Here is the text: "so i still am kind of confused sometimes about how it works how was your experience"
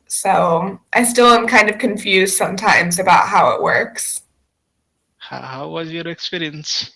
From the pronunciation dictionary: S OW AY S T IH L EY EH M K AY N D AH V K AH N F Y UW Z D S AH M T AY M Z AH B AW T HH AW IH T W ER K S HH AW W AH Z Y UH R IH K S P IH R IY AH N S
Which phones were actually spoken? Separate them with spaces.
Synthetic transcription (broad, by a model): S OW AY S T IH L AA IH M K AY N D AH V K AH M F Y UW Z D S AH M T AY M Z AH B AW T HH AW IH T W ER K S HH AW W AH Z Y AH R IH K S P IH R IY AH N S